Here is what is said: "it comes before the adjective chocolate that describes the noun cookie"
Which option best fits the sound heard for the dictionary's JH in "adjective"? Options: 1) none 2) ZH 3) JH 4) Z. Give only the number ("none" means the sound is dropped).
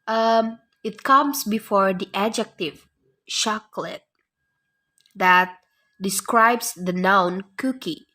3